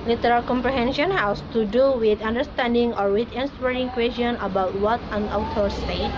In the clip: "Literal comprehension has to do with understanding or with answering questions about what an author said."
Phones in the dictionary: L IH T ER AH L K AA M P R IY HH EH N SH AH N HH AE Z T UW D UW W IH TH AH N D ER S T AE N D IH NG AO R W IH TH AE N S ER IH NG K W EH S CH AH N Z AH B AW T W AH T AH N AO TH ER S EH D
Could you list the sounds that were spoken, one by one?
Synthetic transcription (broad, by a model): L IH T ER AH L K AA M P R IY HH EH N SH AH N HH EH S T UW D UW W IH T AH N D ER S T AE N D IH NG AO R W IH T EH N S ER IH NG K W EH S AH N AH B AW T W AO T AH N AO T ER S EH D